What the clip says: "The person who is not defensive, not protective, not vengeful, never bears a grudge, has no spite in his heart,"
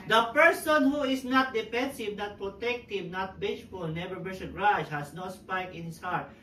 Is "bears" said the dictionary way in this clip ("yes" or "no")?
no